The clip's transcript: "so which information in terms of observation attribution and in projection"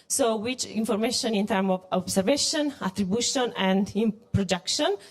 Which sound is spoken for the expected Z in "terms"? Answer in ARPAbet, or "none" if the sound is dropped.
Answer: none